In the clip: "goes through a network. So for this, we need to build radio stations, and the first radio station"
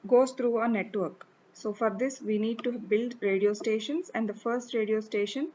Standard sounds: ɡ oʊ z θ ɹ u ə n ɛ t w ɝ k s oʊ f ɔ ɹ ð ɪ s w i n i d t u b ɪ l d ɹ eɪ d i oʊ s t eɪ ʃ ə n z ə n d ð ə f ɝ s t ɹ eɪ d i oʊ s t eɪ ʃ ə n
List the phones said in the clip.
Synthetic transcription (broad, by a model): ɡ oʊ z t ɹ u ə n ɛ t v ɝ k s oʊ f ɔ ɹ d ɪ s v i n i d t u b ɪ l d ɹ eɪ d i oʊ s t eɪ ʃ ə n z ə n d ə f ɝ s t ɹ eɪ d i oʊ s t eɪ ʃ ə n